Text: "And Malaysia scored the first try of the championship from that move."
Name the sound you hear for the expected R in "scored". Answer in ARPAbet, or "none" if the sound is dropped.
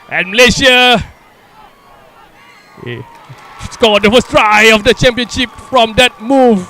L